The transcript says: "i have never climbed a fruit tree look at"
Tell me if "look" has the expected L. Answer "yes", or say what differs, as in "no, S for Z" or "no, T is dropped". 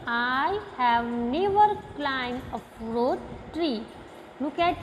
no, N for L